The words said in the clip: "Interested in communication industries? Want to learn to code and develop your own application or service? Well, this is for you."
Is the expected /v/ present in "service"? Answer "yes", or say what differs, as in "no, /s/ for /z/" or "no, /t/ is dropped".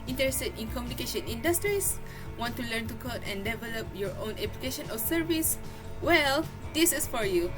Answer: yes